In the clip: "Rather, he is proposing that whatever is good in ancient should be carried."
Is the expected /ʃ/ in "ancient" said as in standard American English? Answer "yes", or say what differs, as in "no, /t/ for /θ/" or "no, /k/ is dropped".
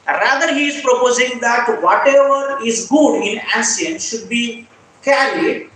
no, /s/ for /ʃ/